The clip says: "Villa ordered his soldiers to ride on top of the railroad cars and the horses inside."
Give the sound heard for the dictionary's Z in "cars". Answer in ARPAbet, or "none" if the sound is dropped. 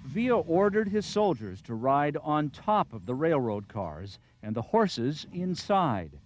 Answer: Z